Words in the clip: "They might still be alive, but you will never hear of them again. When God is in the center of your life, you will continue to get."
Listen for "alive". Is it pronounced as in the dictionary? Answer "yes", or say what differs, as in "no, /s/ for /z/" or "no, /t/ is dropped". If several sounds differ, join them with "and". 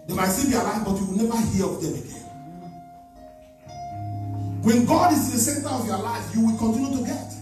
no, /f/ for /v/